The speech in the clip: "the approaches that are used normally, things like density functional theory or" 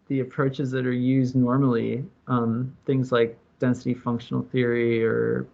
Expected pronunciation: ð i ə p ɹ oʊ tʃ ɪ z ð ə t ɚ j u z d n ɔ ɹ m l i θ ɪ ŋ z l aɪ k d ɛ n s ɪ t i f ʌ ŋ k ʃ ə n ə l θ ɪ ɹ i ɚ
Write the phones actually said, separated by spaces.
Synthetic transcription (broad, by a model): ð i ə p ɹ oʊ tʃ ɪ z ð ə t ɚ j u z d n ɔ ɹ m l i θ ɪ ŋ z l aɪ k d ɛ n s ɪ t i f ʌ ŋ k ʃ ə n l θ ɪ ɹ i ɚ